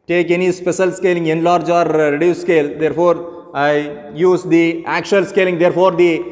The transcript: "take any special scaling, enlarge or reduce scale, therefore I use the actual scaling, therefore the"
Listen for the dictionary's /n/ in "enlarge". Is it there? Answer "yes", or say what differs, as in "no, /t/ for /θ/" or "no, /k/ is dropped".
yes